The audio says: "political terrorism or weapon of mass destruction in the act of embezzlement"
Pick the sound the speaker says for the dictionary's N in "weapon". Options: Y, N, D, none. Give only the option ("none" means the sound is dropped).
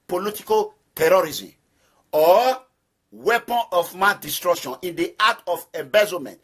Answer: N